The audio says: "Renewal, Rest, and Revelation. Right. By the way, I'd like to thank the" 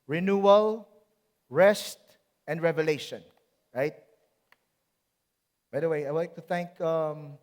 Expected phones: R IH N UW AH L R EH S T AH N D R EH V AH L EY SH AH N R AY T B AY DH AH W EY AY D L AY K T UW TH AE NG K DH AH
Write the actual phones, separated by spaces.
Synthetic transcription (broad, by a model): R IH N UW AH L R EH S T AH N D R EH V AH L EY SH AH N R AY T B AY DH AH W EY AY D L AY K T UW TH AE NG K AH